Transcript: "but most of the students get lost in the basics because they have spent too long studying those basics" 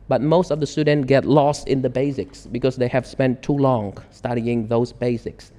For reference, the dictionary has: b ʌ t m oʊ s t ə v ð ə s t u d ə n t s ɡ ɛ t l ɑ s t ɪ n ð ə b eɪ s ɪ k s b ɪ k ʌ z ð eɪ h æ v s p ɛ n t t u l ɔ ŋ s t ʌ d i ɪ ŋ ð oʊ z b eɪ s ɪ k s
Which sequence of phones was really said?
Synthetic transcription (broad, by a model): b ʌ t m oʊ s t ə v ð ə s t u d n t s ɡ ɛ t l ɑ s t ɪ n ð ə b eɪ s ɪ k s b ɪ k ʌ z ð eɪ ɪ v s p ɛ n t t u l ɔ ŋ s t ʌ d i ɪ ŋ ð oʊ z b eɪ s ɪ k s